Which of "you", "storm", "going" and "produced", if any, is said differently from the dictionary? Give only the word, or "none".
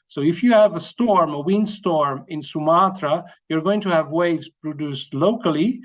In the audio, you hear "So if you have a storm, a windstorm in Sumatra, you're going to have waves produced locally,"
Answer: none